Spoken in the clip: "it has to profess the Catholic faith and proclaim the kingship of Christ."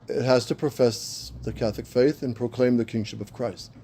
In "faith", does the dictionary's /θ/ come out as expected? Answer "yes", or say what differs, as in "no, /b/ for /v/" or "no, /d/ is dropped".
yes